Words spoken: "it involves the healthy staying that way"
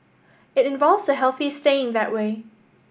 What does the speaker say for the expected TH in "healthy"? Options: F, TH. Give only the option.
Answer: TH